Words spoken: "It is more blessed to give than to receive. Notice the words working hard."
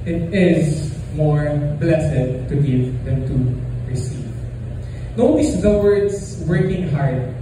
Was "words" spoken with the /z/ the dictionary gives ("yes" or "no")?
no